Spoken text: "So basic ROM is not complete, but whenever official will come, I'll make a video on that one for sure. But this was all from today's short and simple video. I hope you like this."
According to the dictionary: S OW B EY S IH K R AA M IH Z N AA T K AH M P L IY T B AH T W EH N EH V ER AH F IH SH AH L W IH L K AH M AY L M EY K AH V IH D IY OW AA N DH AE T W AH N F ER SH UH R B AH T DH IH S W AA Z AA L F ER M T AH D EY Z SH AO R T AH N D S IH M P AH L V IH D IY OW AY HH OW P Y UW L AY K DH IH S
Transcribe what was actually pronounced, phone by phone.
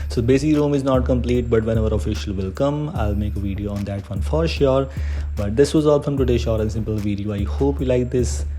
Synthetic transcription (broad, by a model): S OW B EY S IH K R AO M IH Z N AA T K AH M P L IY T B AH T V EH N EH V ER AH F IH SH AH L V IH L K AH M AY L M EY K AH V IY D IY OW AA N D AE T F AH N F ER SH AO R B AH T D IH S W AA Z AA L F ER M T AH D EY SH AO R T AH N S IH M P AH L V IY D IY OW AY HH OW P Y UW L AY K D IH S